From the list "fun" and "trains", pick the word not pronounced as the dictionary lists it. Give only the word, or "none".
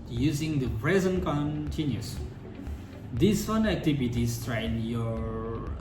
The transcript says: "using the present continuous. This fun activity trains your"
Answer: trains